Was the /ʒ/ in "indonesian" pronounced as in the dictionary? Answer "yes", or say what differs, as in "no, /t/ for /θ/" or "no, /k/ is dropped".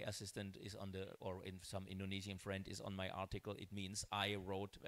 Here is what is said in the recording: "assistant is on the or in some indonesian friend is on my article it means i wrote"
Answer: no, /z/ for /ʒ/